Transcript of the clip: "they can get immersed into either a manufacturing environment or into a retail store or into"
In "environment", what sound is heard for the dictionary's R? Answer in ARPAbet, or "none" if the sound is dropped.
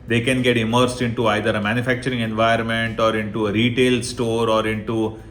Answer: none